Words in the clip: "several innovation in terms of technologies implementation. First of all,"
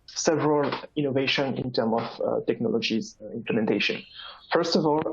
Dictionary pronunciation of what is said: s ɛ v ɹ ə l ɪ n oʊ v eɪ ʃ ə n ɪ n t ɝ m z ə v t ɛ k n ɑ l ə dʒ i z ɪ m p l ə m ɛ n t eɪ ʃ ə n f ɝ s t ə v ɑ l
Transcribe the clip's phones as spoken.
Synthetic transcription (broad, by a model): s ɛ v ɹ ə l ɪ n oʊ v eɪ ʃ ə n ɪ n t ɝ m ə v t ɛ k n ɑ l ə dʒ i z ɪ m p l ə m ɛ n t eɪ ʃ ə n f ɝ s t ə v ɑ l